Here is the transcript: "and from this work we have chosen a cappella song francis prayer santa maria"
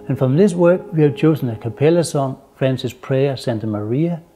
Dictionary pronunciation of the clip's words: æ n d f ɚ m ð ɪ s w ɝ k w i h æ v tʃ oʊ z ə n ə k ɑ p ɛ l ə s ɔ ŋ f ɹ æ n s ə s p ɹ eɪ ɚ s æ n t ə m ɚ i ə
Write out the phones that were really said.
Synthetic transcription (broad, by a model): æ n f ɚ m ð ɪ s w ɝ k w i h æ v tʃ oʊ s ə n ə k ɑ p ɛ l ə s ɔ ŋ f ɹ æ n s ə s p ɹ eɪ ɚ s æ n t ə m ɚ i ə